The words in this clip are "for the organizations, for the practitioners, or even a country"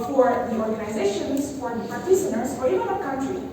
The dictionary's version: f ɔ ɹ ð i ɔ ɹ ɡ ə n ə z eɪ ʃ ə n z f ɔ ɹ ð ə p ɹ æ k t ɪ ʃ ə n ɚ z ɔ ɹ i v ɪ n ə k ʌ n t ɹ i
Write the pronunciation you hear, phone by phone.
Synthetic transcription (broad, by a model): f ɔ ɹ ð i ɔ ɹ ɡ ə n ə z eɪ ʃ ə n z f ɔ ɹ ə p æ t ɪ s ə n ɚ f ɔ ɹ i v ɪ n ə k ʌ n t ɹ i